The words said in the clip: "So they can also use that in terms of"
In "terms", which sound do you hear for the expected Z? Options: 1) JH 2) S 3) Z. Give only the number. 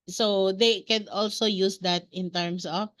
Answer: 2